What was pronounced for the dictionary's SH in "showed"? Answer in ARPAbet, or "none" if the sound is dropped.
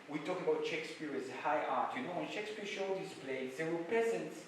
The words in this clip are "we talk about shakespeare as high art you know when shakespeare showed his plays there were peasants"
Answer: SH